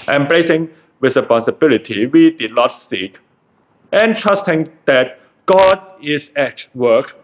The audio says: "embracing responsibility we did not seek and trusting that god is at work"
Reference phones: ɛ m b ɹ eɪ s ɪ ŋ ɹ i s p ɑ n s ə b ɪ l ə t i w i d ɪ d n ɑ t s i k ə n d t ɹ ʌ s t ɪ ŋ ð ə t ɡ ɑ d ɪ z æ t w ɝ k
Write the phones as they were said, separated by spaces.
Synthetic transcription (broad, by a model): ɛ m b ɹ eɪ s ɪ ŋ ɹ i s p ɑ n s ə b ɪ l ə t i w i d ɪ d n ɑ t s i k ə n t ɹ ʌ s t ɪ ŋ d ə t ɡ ɑ d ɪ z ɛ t w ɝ k